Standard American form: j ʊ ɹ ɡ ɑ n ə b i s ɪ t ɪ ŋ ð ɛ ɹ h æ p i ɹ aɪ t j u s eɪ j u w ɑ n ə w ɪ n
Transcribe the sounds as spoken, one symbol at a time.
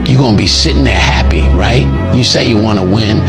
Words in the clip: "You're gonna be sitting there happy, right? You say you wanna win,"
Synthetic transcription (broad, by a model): j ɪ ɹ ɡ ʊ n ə b i s ɪ t ɪ ŋ ð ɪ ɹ h æ p i ɹ aɪ t j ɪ s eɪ j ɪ w ɑ n ə w ɪ n